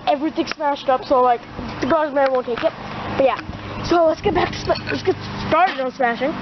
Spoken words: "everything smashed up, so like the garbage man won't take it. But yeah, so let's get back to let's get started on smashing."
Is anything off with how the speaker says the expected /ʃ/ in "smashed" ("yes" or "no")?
no